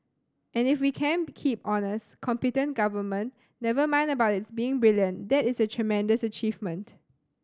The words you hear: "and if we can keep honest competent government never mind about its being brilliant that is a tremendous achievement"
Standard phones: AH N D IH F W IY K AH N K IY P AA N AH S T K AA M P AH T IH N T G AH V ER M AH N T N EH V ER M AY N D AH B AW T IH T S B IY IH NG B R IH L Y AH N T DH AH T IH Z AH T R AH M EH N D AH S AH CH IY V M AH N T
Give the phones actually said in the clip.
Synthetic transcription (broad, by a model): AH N IH F W IY K AH N K IY P AA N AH S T K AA M P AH T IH N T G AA V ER M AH N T N EH V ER M AY N D AH B AW T IH T S B IY IH NG B R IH L Y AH N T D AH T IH S AH T R AH M EH N D AH S AH CH IY V M AH N T